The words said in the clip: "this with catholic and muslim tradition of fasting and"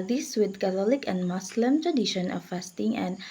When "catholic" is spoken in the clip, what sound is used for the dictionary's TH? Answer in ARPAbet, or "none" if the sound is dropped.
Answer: T